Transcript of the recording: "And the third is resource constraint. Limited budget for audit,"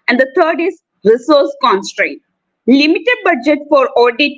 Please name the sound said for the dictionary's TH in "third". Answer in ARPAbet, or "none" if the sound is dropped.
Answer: T